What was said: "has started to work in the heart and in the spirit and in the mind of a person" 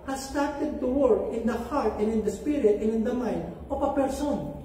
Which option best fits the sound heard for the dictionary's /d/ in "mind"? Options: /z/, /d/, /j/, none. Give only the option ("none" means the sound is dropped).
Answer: /d/